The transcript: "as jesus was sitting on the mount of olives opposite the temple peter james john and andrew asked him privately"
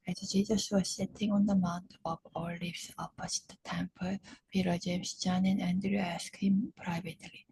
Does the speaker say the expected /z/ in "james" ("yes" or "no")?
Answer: no